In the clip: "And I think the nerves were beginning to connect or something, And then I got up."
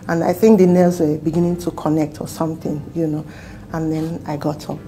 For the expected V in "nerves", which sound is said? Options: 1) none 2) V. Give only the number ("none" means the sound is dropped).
1